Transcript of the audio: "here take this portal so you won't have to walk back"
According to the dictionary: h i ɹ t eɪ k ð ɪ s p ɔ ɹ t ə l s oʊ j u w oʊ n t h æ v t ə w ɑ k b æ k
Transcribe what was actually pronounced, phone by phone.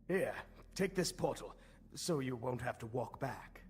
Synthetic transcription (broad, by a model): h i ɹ t eɪ k ð ɪ s p ɔ ɹ t l s oʊ j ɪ w oʊ n t h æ f t ə w ɑ k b æ k